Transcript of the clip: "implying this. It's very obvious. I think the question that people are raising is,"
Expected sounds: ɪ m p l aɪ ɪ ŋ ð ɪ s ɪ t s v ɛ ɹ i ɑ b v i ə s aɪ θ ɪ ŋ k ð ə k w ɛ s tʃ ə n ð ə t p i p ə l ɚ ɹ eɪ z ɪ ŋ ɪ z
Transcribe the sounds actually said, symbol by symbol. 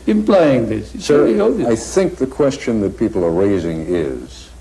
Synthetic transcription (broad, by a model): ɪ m p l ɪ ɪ ŋ ð ɪ s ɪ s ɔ i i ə aɪ θ ɪ ŋ k ð ə k w ɛ s tʃ ə n ð ə t p i p l ɚ ɹ eɪ z ɪ ŋ ɪ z